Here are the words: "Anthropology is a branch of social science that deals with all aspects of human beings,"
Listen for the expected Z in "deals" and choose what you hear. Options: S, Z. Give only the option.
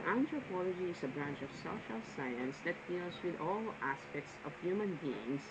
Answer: S